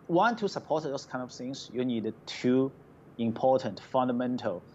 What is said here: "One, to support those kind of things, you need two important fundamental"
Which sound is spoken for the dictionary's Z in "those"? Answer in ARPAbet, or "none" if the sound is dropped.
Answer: S